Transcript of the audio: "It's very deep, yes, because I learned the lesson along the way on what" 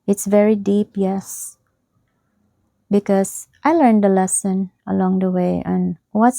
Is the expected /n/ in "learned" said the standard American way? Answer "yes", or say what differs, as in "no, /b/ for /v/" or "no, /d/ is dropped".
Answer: yes